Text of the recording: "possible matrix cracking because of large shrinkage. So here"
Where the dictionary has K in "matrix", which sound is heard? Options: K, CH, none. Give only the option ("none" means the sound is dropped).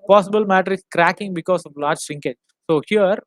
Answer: none